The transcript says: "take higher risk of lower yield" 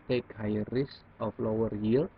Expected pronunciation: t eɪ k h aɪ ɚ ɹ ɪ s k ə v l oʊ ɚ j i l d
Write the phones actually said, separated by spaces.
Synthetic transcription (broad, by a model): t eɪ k h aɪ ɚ ɹ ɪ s ə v l oʊ ɚ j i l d